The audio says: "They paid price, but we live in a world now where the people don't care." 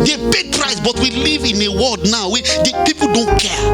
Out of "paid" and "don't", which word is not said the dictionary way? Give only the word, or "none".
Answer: paid